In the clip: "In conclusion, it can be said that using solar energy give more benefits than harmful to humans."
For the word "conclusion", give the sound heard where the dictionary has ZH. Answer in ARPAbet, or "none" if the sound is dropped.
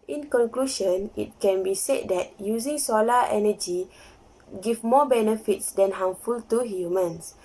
SH